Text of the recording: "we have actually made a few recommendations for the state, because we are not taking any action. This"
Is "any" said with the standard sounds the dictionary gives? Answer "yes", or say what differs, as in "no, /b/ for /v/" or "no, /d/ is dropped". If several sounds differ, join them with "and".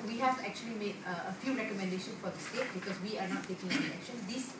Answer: no, /l/ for /n/